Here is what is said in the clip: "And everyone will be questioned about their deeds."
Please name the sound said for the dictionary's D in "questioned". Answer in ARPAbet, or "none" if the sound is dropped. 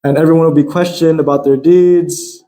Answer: D